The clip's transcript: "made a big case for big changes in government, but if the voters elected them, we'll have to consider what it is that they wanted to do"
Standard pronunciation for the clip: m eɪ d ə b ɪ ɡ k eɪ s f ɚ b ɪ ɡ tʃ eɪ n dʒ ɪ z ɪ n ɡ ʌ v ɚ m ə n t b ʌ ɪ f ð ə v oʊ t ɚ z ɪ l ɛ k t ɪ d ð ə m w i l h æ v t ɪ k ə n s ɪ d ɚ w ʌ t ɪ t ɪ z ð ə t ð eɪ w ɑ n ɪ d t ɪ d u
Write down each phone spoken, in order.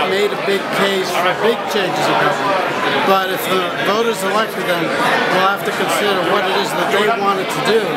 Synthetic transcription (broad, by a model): m eɪ d ə b ɪ ɡ k eɪ s f ɚ b ɪ ɡ tʃ eɪ n dʒ ɪ z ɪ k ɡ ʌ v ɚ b ə t ɪ f ð ə v oʊ t ɚ z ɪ l ɛ k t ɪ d ð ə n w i l h æ f t ɪ k ə n s ɪ d ɚ w ʌ t ɪ t ɪ z ð ə t ð eɪ w ɑ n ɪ d t ɪ d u